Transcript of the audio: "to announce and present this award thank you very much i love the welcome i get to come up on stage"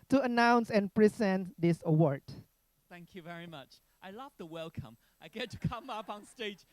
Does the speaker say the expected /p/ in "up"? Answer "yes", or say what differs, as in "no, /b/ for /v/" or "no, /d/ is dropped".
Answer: yes